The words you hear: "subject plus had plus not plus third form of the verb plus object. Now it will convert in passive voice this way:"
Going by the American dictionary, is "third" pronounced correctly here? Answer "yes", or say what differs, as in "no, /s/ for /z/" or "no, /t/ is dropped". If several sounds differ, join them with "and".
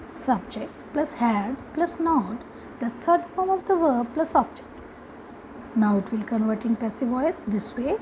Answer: no, /t/ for /θ/